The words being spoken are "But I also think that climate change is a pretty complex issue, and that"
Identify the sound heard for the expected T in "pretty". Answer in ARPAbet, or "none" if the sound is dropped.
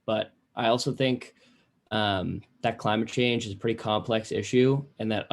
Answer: T